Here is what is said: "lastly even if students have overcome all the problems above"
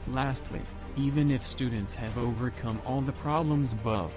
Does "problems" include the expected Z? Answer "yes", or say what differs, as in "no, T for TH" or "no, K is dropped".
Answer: yes